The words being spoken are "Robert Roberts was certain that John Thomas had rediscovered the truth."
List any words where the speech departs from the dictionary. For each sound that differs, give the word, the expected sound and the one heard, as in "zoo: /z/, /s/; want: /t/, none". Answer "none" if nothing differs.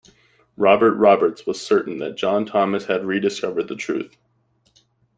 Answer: none